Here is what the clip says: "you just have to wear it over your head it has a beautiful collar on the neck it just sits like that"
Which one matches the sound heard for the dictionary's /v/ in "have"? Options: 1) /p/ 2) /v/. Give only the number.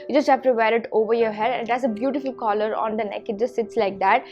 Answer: 1